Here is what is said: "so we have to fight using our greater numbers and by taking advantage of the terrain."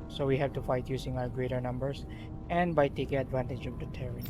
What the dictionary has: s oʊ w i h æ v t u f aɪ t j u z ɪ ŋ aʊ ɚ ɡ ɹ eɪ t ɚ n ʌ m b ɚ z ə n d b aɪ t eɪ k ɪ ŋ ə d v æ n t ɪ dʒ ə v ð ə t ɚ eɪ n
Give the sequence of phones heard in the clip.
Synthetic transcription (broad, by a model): s oʊ w i h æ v t u f aɪ t j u s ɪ ŋ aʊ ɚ ɡ ɹ eɪ t ɚ n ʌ m b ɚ s ə n d b aɪ t eɪ k ɪ ŋ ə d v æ n t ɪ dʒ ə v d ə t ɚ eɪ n